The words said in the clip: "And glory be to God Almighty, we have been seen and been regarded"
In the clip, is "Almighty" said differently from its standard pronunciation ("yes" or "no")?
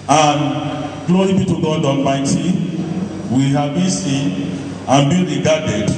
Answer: yes